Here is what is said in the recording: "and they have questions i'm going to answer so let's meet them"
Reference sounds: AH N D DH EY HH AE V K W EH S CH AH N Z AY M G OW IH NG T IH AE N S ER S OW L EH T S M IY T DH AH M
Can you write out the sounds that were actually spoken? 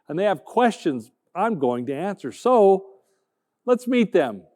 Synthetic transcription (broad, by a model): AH N DH EY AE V K W EH S CH AH N Z AY M G OW IH NG T IH AE N S ER S OW L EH T S M IY T DH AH M